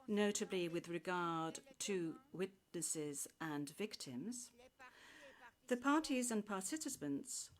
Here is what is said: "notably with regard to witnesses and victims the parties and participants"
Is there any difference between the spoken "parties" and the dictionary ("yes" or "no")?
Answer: no